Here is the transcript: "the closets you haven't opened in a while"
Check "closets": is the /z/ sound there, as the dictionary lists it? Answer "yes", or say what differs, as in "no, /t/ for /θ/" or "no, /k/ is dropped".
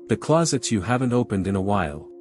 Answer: yes